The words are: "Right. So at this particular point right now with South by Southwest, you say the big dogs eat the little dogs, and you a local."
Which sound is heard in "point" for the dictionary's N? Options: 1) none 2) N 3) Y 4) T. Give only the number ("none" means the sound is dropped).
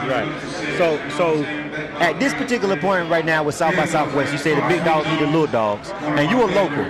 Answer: 2